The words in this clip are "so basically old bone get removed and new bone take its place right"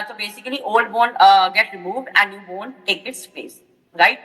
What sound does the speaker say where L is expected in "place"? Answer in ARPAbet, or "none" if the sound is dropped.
none